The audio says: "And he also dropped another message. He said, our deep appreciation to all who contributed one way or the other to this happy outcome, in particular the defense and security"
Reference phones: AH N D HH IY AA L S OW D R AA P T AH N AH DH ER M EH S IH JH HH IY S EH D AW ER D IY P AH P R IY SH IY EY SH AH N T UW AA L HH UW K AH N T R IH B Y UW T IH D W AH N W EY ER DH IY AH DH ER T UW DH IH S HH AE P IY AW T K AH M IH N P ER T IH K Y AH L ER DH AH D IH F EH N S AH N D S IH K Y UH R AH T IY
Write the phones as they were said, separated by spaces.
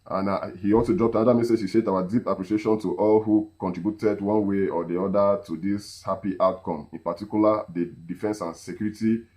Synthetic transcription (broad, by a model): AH N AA HH IY AA L S OW D R AA P T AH N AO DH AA M EH S IH JH HH IY SH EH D AW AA D IY P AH P R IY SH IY EY SH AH N T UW AA L HH UW K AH N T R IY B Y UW T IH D W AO N W EY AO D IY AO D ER T UW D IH S HH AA P IY AW T K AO M IH N P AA T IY K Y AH L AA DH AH D IH F EH N S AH N S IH K Y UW R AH T IY